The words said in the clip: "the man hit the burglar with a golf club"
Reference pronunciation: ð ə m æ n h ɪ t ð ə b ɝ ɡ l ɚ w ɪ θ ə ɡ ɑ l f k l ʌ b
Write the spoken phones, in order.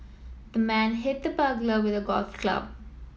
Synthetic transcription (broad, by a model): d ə m æ n h ɪ t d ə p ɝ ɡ l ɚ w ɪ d ə ɡ ɑ l f k l ʌ b